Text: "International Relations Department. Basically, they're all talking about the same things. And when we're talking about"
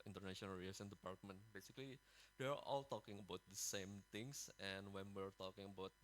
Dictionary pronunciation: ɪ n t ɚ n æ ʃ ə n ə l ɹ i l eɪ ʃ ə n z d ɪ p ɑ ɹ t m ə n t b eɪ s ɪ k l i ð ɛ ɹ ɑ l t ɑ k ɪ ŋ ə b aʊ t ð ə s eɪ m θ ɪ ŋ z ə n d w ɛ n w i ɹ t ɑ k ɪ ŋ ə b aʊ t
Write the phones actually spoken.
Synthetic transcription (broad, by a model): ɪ n t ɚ n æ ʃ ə n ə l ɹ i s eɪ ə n d ɪ p ɑ ɹ t m ə n t b eɪ s ɪ k l i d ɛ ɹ ɑ l t ɑ k ɪ ŋ ə b aʊ t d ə s eɪ m t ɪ ŋ s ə n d w ɛ n w i ɹ t ɑ k ɪ ŋ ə b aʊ t